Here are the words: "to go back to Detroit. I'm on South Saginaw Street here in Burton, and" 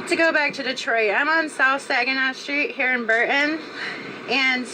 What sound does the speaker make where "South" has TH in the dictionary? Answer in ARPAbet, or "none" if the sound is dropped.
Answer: TH